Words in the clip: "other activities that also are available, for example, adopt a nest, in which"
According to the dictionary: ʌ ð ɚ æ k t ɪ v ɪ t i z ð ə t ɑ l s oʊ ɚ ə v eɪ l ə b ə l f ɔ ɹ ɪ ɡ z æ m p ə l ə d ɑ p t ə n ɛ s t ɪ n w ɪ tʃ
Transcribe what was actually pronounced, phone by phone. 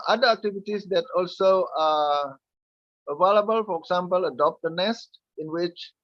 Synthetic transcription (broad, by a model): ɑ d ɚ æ k t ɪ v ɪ t i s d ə t ɑ l s oʊ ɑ ə v eɪ l ə b ə l f ɔ ɹ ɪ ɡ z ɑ m p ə l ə d ɑ p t ə n ɛ s t ɪ n w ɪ tʃ